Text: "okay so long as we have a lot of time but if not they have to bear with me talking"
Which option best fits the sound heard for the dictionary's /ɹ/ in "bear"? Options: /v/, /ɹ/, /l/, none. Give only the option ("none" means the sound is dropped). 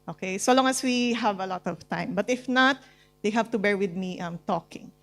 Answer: /ɹ/